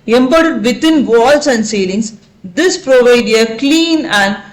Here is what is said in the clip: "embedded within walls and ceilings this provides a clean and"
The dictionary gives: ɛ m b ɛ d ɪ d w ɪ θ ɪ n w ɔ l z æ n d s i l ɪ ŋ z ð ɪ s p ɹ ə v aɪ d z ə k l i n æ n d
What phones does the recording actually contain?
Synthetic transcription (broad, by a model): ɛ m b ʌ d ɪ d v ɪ t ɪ n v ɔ l s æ n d s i l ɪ ŋ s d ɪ s p ɹ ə v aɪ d ə k l i n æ n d